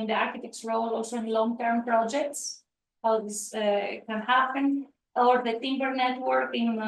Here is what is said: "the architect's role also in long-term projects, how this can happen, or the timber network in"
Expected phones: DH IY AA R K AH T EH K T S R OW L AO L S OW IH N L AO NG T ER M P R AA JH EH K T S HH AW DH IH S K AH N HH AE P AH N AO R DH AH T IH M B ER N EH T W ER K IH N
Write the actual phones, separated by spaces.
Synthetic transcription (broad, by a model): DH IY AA R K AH T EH K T S R OW L AO L S OW IH N L AO NG T ER M P R AA JH EH K T S HH AW DH IH S K AH N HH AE P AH N AO R DH AH T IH M B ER N EH T W ER K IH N